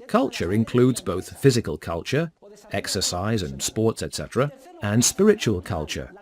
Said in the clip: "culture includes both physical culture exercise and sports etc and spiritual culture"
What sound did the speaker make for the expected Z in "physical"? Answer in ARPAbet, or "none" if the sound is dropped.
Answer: Z